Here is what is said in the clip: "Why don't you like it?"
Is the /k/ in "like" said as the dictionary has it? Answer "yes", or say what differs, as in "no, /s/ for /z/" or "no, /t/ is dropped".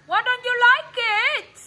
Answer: yes